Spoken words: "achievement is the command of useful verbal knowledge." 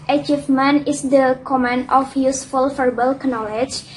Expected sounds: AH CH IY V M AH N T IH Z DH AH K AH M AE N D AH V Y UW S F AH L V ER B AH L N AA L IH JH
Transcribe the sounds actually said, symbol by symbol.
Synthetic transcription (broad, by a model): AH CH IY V M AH N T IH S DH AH K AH M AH N AH F Y UW S F AH L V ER B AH L N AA L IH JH